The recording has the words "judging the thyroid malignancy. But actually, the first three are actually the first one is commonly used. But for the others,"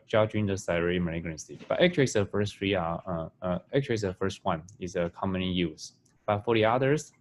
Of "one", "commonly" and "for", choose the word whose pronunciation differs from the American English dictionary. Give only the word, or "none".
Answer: commonly